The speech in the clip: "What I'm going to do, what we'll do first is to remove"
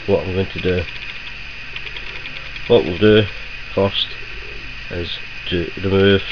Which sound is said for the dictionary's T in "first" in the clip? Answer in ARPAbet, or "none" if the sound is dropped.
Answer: T